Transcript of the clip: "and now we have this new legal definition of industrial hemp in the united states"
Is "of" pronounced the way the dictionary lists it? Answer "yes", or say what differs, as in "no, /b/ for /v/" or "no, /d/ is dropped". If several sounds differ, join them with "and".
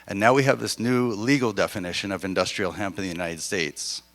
yes